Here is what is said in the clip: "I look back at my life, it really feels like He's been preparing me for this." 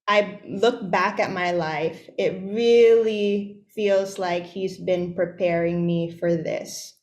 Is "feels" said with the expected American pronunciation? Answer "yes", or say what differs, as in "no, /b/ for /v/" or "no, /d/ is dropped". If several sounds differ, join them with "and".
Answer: yes